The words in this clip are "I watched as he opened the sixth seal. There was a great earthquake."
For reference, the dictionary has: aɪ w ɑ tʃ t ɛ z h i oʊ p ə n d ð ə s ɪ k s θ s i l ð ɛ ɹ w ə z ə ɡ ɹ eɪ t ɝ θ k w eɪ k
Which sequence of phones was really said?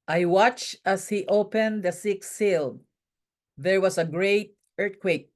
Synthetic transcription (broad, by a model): aɪ w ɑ tʃ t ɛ s h i oʊ p ə n d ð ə s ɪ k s s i l ð ɛ ɹ w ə s ə ɡ ɹ eɪ t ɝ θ k w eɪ k